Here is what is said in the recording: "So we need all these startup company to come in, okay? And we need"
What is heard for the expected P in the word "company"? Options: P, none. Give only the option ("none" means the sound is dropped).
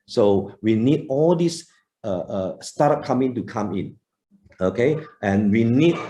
none